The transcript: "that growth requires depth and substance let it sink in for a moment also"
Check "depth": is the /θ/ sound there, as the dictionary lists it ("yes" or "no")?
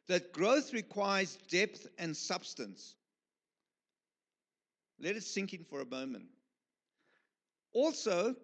yes